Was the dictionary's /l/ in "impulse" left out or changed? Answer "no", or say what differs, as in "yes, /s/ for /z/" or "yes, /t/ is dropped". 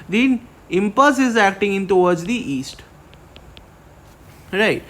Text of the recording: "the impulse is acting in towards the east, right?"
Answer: yes, /l/ is dropped